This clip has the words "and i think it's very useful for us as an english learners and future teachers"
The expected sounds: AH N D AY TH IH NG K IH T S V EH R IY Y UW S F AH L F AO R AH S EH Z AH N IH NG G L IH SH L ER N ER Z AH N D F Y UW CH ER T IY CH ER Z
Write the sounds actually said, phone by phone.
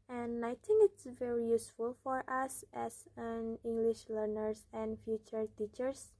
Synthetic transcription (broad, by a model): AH N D AY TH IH NG K IH T S V EH R IY Y UW S F AH L F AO R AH S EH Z AH N IH NG G L IH SH L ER N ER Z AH N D F Y UW CH ER T IY CH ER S